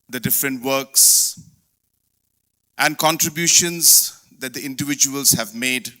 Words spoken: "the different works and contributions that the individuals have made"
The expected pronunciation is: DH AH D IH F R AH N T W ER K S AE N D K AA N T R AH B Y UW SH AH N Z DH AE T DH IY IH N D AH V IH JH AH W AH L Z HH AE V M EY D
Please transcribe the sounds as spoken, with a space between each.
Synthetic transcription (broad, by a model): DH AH D IH F R AH N T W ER K S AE N D K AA N T R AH B Y UW SH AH N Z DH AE T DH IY IH N D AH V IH JH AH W AH L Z HH AE V M EY D